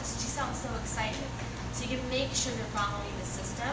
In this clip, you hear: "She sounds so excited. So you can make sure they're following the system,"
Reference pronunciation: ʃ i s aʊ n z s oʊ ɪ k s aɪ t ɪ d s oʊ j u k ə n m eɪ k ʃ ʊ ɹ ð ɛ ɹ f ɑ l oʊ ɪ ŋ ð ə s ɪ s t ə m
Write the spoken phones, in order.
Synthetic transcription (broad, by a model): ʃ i s aʊ n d s oʊ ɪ k s aɪ t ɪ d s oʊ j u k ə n m eɪ k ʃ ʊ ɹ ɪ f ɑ oʊ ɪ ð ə s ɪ s t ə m